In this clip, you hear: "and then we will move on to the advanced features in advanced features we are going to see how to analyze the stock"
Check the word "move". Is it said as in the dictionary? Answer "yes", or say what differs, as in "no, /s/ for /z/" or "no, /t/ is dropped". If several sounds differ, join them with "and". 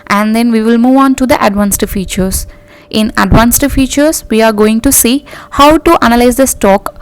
yes